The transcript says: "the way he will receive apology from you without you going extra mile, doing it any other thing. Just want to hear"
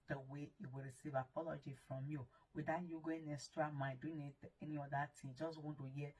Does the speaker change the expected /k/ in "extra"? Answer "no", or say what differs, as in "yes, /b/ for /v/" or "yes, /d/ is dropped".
yes, /k/ is dropped